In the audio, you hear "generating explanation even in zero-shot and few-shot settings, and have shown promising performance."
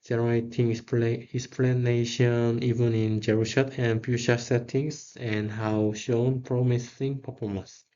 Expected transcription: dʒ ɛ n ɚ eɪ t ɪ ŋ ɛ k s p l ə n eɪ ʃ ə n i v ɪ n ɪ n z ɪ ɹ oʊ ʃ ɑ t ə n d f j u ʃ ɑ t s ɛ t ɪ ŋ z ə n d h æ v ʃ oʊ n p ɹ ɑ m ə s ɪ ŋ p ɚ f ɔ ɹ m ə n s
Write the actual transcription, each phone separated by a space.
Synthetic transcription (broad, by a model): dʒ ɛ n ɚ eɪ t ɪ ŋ ɛ k s p l ə n eɪ ʃ ə n i v ɪ n ɪ n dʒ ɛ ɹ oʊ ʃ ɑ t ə n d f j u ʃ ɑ s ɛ t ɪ ŋ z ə n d h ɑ w ʃ oʊ n p ɹ ɑ m ə s ɪ ŋ p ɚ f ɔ m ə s